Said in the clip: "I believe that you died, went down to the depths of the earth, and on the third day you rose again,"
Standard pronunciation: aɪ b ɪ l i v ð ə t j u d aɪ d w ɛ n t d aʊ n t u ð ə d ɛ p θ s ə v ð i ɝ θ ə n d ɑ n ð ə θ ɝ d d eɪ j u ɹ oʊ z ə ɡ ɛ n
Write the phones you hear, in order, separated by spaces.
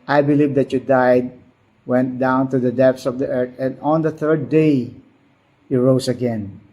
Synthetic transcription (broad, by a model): aɪ b ɪ l i v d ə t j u d aɪ d w ɛ n t d aʊ n t u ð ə d ɛ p s ə v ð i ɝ t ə n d ɑ n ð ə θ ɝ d d eɪ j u ɹ oʊ s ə ɡ ɛ n